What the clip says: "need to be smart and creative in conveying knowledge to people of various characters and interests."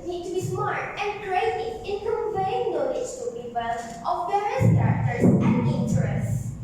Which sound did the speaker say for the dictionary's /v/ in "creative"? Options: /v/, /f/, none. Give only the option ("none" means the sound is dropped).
none